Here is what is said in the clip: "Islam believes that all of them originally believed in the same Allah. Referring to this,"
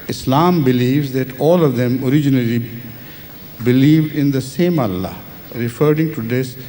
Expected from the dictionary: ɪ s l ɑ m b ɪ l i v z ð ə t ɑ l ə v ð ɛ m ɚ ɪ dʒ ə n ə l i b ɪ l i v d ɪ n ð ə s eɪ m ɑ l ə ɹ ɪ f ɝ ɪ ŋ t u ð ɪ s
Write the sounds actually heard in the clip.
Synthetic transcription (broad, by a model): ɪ s l ɑ m b ɪ l i v z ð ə t ɑ l ə v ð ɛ m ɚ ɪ dʒ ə n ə l i b ɪ l i v d ɪ n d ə s eɪ m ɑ l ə ɹ ɪ f ɝ ɪ ŋ t u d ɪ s